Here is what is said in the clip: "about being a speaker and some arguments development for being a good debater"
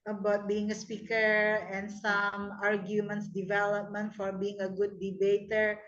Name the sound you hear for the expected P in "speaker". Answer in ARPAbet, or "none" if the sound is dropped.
P